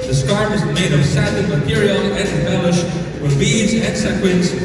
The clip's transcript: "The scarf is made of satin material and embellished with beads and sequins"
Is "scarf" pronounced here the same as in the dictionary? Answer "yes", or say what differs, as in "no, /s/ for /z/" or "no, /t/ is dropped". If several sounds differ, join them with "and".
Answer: no, /f/ is dropped